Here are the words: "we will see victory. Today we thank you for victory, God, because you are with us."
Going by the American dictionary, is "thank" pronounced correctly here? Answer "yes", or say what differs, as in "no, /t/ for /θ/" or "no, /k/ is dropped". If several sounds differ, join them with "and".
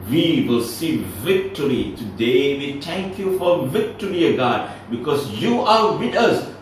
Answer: no, /t/ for /θ/